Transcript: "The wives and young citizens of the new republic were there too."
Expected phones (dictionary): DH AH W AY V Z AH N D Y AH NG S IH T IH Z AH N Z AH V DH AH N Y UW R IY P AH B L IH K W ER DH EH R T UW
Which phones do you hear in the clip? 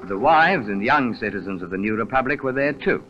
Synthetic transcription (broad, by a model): DH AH W AY V Z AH N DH Y AH NG S IH T IH Z AH N Z AH V DH AH N Y UW R IY P AH B L IH K W ER DH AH R T UW